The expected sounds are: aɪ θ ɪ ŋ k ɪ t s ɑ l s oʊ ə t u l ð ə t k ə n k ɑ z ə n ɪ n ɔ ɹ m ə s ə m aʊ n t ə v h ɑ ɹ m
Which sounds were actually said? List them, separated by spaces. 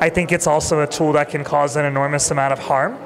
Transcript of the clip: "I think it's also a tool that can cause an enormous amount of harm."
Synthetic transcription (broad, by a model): aɪ θ ɪ ŋ k ɪ t s ɑ l s oʊ ə t u l ð ə t k ə n k ɑ z ə n ɪ n ɔ ɹ m ə s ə m aʊ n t ə v h ɑ ɹ m